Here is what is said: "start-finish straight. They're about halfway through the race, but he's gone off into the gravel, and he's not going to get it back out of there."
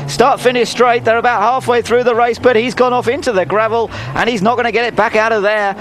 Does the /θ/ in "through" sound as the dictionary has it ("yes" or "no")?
yes